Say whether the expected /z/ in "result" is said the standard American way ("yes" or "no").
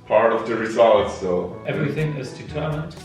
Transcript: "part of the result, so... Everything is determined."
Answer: no